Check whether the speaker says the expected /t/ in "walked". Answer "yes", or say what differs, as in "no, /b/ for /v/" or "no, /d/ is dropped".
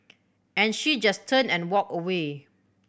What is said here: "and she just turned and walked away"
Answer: no, /t/ is dropped